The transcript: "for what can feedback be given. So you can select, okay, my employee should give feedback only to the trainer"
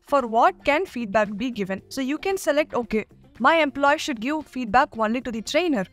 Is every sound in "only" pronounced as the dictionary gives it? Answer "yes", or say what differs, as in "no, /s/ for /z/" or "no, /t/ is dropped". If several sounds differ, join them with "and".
yes